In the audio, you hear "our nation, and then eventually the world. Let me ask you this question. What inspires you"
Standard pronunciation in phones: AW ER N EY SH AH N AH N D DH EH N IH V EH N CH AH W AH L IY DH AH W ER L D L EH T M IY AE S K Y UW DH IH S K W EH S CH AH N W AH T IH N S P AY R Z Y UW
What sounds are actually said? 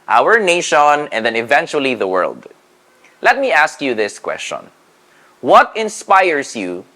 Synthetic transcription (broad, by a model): AW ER N EY SH AH N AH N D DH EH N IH V EH N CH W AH L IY DH AH W ER L D L EH T M IY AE S K Y UW DH IH S K W EH S CH AH N W AH T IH N S P AY R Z Y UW